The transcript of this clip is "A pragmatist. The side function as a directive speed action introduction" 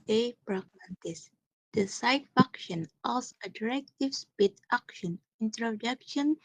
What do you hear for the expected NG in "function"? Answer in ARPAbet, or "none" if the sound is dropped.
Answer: none